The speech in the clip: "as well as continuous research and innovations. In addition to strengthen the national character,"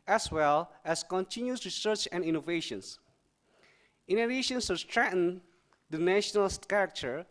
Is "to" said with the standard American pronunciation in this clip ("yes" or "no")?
no